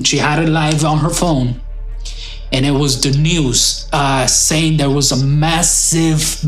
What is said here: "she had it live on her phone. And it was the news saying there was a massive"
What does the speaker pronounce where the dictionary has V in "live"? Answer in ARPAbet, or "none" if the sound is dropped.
V